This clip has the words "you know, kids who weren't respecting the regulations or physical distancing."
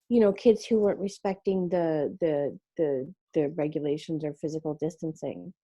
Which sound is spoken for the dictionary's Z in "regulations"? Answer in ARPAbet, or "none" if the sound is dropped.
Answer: Z